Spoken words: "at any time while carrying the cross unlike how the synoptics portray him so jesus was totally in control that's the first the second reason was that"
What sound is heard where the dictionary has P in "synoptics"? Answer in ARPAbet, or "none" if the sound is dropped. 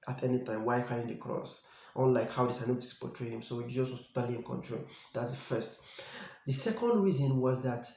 none